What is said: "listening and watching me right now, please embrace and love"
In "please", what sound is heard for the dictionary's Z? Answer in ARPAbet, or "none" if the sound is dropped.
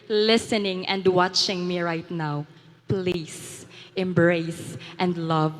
S